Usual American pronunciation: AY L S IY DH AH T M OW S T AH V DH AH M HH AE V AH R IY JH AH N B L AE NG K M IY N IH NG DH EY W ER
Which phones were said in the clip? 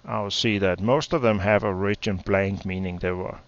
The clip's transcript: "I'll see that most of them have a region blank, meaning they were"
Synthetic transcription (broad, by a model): AY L S IY DH AH T M OW S T AH V DH AH M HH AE V AH R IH CH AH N B L AE NG K M IY N IH NG DH EY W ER